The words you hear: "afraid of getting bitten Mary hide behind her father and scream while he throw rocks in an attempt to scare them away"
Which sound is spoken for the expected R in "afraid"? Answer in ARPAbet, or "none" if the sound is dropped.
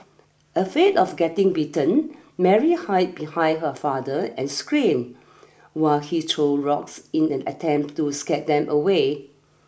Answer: none